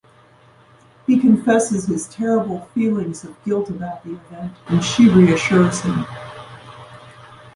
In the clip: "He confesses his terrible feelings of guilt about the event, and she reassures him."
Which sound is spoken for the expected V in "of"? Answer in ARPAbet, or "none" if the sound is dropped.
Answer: V